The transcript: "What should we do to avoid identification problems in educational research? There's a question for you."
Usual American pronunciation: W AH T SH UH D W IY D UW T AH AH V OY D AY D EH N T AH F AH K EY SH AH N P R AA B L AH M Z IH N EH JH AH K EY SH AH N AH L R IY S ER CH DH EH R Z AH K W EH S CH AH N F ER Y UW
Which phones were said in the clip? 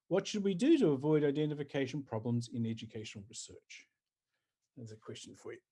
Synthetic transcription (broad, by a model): W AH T SH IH D W IY D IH T AH AH V OY D AY D EH N T AH F AH K EY SH AH N P R AA B L AH M Z IH N EH JH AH K EY SH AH N L R IY S ER CH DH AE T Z AH K W EH S CH AH N F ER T